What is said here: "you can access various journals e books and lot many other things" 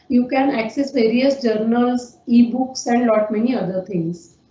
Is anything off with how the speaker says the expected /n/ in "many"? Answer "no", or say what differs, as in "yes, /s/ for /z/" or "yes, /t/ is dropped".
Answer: no